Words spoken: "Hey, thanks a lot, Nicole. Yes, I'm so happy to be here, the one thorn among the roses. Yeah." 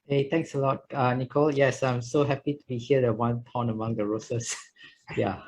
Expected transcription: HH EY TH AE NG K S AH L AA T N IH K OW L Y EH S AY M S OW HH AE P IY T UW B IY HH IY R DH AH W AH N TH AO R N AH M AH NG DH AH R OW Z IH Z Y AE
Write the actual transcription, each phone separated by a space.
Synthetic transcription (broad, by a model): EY T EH NG K S AH L AA T N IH K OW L Y EH S AY M S OW HH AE P IY T UW B IY HH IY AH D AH W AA N T AO N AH M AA NG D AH R OW S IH S Y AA